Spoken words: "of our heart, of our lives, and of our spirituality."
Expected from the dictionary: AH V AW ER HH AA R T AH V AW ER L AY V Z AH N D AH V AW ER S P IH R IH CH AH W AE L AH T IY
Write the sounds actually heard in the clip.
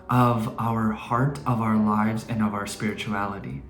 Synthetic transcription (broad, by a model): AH V AW ER HH AA R T AH V AW ER L AY V Z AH N AH V AW ER S P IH R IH CH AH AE L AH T IY